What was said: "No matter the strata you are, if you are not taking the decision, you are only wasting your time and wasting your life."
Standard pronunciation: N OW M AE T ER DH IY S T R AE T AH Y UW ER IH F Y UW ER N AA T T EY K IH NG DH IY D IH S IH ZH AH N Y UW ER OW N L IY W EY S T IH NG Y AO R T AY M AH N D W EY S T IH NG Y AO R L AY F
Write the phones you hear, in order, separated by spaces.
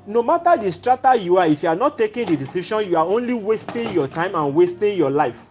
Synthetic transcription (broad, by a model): N OW M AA T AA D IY S T R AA T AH Y UW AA IH F Y UW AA N AA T T EY K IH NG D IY D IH S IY SH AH N Y UW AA OW N L IY W EY S T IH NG Y AO T AY M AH N W EY S T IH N Y AO L AY F